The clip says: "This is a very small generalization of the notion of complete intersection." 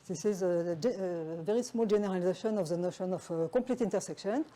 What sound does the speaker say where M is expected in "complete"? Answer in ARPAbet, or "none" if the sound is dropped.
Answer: none